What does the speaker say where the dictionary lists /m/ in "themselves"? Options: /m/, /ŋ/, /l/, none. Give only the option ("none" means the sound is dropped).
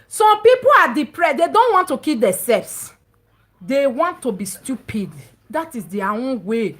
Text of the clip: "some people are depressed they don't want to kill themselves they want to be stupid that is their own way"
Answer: none